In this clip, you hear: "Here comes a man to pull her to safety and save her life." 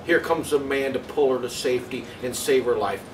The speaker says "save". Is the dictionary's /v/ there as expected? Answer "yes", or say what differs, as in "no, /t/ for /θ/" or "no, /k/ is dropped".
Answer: yes